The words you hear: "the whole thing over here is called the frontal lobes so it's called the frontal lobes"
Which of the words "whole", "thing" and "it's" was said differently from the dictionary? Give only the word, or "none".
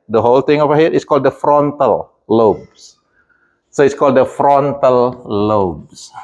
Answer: thing